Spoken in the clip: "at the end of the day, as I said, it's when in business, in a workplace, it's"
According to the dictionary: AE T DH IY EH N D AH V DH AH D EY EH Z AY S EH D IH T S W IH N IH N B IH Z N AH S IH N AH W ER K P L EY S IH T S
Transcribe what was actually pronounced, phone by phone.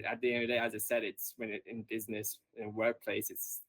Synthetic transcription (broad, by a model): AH T DH IY EH N D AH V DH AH D EY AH Z AY S EH D IH T S W IH N IH N B IH Z N AH S IH N W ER K P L EY S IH T S